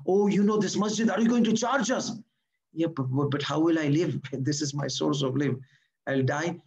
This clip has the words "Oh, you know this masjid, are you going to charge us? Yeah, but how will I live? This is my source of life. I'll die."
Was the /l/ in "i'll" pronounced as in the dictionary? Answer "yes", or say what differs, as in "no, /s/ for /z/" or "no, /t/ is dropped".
yes